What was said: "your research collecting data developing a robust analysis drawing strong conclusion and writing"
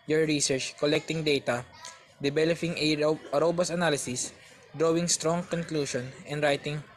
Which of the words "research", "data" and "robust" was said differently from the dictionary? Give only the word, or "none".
robust